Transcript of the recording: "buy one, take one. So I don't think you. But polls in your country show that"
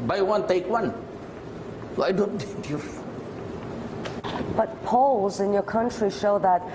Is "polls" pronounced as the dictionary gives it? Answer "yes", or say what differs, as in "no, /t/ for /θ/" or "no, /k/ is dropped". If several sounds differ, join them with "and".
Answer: yes